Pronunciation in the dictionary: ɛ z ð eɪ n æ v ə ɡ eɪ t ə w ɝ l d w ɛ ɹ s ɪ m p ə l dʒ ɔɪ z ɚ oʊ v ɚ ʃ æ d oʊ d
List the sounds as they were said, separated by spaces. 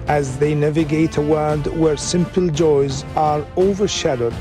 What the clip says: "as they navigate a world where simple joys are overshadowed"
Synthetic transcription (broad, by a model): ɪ z ð eɪ n æ v ə ɡ eɪ t ə w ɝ d w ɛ ɹ s ɪ m p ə l dʒ ɔɪ z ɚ oʊ v ɚ ʃ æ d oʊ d